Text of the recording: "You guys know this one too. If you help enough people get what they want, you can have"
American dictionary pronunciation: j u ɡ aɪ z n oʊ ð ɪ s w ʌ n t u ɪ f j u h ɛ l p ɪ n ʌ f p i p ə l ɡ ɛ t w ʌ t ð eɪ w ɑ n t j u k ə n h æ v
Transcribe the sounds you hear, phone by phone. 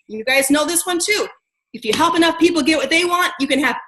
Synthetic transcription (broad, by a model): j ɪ ɡ aɪ z n oʊ ð ɪ s w ʌ n t u ɪ f j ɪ h ɛ l p ɪ n ʌ f p i p l ɡ ɛ t w ʌ t ð eɪ w ɑ n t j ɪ k ə n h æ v